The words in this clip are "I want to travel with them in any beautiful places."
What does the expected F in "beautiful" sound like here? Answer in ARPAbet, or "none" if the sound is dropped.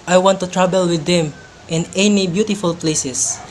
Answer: F